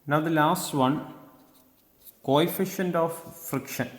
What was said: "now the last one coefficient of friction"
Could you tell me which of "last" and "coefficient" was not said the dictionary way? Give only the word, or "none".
none